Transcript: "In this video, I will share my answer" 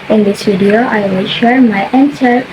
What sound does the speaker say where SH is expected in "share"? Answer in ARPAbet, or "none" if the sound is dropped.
SH